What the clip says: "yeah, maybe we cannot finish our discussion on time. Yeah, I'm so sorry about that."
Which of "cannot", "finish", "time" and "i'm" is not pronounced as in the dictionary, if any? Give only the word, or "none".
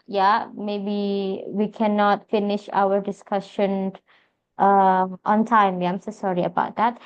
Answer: none